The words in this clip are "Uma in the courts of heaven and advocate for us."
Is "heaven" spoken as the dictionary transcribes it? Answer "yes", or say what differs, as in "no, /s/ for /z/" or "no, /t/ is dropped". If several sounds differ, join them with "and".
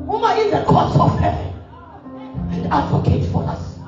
no, /v/ is dropped